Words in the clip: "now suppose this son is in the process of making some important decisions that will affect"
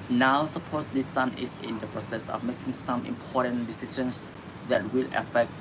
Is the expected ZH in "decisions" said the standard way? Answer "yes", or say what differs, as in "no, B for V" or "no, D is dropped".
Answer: no, SH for ZH